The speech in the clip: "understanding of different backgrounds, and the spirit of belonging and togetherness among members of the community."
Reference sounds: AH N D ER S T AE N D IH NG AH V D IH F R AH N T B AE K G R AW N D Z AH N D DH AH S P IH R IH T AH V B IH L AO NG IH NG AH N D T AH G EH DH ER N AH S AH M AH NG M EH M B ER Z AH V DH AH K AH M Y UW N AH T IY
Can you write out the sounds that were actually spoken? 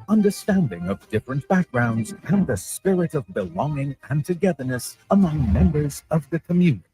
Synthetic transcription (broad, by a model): AH N D ER S T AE N D IH NG AH V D IH F R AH N B AE K G R AW N D Z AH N DH AH S P IH R IH T AH V B IH L AO NG IH NG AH N T AH G EH DH ER N AH S AH M AH NG M EH M B ER Z AH V DH AH K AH M Y UW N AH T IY